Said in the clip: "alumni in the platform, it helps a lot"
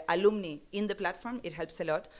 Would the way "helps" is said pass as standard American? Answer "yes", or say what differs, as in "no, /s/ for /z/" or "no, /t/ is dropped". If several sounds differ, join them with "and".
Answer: yes